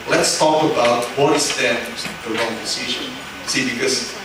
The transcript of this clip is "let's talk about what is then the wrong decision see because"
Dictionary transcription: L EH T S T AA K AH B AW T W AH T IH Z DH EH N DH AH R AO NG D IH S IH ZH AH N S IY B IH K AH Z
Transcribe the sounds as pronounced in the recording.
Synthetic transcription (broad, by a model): L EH T S T AA K AH B AW T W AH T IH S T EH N DH AH R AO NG D IH S IH ZH AH N S IY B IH K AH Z